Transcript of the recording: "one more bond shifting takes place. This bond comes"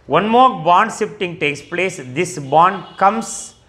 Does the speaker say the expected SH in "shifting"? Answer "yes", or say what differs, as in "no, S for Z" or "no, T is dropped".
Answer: no, S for SH